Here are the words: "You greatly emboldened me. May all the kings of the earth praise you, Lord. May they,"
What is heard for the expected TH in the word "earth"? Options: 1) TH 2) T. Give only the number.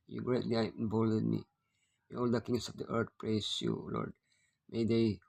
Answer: 2